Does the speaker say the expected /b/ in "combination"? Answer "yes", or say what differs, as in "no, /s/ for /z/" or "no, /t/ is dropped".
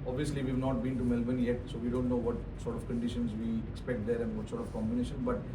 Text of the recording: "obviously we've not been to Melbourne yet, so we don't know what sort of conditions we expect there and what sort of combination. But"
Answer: yes